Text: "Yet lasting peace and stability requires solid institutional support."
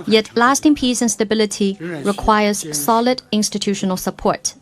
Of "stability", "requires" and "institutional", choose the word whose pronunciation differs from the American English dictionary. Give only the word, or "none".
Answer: none